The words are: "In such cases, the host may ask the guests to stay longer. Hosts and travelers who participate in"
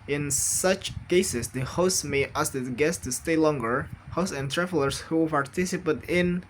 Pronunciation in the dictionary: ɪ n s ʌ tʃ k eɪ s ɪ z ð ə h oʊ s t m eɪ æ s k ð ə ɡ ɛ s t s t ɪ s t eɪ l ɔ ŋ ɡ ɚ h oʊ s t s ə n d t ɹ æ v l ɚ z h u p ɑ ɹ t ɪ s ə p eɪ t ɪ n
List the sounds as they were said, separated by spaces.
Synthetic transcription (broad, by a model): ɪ n s ʌ tʃ k eɪ s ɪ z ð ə h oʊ s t m eɪ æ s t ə ɡ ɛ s s t ɪ s t eɪ l ɔ ŋ ɡ ɚ h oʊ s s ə n t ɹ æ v l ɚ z h u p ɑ ɹ t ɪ s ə p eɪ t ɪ n